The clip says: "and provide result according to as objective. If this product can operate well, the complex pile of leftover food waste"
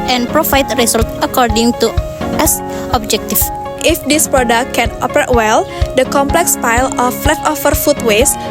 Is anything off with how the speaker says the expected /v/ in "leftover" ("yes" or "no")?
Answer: yes